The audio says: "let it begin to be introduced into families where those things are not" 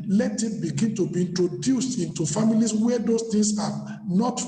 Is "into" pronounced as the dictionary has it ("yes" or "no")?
yes